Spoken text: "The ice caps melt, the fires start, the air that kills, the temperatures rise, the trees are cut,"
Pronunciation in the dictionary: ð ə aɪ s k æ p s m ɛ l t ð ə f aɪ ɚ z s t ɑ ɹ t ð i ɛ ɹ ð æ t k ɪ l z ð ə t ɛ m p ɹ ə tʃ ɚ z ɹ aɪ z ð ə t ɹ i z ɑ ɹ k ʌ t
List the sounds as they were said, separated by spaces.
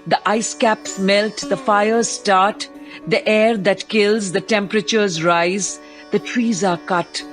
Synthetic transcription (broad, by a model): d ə aɪ s k æ p s m ɛ l t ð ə f aɪ ɚ z s t ɑ ɹ t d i ɛ ɹ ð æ t k ɪ l z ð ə t ɛ m p ɹ ə tʃ ɚ z ɹ aɪ z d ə t ɹ i z ɑ ɹ k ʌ t